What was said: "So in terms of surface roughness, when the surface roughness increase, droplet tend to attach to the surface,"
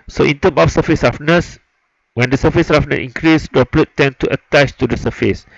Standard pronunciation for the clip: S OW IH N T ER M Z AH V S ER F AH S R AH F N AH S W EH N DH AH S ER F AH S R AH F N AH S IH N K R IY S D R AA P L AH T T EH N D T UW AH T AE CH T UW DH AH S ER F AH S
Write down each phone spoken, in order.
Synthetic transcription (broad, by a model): S OW IH N T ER M AH F S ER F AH S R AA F N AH S W EH N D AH S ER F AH S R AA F N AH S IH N K R IY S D AA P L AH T T EH N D T UW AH T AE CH T UW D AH S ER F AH S